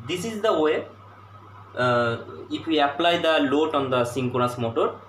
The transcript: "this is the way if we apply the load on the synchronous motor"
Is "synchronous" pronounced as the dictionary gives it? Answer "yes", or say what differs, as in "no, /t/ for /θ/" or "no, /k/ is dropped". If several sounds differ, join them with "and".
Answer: no, /ɹ/ is dropped